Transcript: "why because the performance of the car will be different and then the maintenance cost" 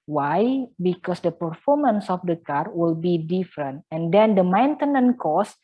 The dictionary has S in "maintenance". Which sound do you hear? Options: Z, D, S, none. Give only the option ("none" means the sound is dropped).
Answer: none